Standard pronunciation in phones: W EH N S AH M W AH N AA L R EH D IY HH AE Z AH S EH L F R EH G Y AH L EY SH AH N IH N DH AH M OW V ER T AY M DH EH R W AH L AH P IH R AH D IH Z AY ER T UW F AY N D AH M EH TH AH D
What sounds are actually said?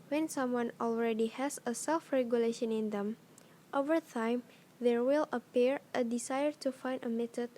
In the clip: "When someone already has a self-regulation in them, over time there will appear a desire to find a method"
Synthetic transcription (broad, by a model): W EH N S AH M W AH N AA L R EH D IY HH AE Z AH S EH L F R EH G Y AH L EY SH AH N IH N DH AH M OW V ER T AY M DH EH R W AH L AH P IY R AH D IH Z AY ER T UW F AY N D AH M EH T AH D